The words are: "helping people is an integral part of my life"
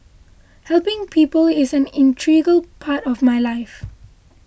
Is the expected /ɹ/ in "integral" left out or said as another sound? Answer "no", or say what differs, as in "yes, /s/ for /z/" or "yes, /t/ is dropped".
yes, /ɹ/ is dropped